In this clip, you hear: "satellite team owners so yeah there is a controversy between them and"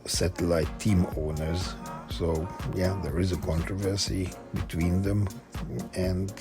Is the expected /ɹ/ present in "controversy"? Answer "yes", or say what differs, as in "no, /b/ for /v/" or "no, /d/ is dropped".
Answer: yes